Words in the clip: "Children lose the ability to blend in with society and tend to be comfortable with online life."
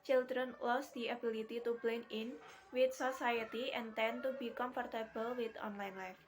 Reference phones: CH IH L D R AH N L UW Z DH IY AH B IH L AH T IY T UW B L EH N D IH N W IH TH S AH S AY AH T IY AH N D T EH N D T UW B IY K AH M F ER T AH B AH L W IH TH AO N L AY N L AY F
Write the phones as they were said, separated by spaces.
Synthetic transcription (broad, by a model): CH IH L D R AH N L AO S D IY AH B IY L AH T IY T UW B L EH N IH N W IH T S AH S AY AH T IY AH N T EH N T UW B IY K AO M F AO T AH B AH L W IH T AO N L AY N L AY F